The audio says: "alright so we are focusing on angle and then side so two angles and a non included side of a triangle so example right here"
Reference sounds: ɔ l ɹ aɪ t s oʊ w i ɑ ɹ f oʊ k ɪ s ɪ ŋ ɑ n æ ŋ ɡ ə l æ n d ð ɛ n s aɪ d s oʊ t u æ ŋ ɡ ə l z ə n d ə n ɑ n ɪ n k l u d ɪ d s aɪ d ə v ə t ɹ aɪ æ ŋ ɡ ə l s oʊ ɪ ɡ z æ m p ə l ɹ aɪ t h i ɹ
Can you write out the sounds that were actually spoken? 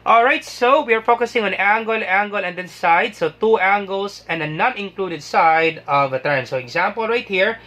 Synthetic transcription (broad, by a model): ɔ l ɹ aɪ t s oʊ w i ɑ ɹ f oʊ k ɪ s ɪ ŋ ɑ n æ ŋ ɡ ə l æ n d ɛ n s aɪ d s oʊ t u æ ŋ ɡ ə l s ə n d ə n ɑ n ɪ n k l u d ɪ d s aɪ d ə v ə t ɛ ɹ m s oʊ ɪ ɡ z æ m p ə l ɹ aɪ t h i ɹ